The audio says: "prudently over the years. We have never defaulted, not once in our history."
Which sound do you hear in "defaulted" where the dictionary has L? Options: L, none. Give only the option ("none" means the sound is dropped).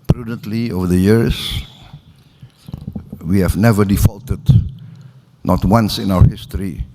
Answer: L